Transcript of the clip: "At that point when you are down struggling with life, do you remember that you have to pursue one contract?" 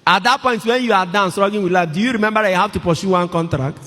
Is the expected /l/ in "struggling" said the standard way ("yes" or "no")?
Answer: no